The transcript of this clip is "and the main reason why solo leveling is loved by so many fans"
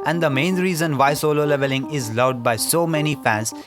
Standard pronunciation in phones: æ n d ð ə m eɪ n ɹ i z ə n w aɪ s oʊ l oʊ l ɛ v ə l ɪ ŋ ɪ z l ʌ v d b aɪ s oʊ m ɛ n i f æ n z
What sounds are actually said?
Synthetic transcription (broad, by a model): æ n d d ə m eɪ n ɹ i z ə n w aɪ s oʊ l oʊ l ɛ v ə l ɪ ŋ ɪ z l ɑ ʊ d b aɪ s oʊ m ɛ n i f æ n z